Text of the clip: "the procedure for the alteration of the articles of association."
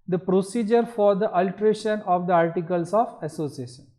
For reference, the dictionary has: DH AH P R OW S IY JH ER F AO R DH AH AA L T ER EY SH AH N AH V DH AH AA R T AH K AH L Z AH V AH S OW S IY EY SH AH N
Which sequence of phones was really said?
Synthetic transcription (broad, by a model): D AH P R OW S IY JH ER F AO R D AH AA L T ER EY SH AH N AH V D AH AA R T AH K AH L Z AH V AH S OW S IY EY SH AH N